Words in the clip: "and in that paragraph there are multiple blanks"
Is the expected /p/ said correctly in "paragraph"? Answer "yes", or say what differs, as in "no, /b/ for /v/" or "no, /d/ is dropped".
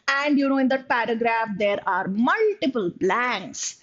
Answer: yes